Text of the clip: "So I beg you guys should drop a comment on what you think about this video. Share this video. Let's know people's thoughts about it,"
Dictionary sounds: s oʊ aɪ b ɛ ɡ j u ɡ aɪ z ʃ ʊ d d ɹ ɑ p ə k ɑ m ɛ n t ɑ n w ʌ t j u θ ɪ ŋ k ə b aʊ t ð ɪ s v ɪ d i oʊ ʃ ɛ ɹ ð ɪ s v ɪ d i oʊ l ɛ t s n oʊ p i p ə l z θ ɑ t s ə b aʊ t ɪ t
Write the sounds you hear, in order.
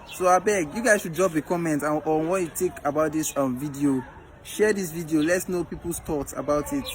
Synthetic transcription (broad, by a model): s oʊ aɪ b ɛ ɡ j u ɡ aɪ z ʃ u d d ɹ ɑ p ə k ɑ m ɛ n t ɑ n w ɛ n j u t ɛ k ə b aʊ t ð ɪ s v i d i oʊ ʃ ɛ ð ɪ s v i d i oʊ l ɛ t s n oʊ p i p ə l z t ɑ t ə b aʊ t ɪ t